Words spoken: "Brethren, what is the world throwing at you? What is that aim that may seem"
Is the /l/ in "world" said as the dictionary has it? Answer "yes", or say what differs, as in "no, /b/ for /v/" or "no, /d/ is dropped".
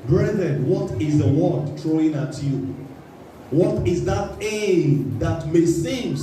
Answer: no, /l/ is dropped